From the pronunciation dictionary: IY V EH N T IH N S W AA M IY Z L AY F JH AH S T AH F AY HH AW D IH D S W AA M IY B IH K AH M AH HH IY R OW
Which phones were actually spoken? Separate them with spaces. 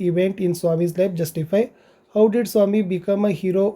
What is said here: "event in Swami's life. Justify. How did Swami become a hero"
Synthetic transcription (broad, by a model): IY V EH N T IH N S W AA M IY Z L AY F JH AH S T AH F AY HH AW D IH D S W AA M IY B IH K AH M AH HH IY R OW